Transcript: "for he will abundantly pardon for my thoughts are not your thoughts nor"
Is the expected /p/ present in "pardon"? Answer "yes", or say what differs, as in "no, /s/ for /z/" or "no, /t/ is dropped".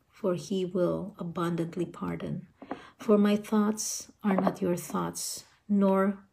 yes